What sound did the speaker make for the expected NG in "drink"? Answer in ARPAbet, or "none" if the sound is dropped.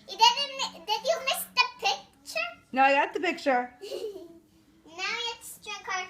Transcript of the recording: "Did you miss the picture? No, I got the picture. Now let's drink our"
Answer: none